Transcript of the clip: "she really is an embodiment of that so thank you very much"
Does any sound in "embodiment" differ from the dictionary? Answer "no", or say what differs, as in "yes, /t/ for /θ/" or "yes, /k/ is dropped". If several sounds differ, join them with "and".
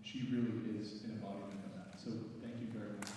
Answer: yes, /m/ is dropped and /t/ is dropped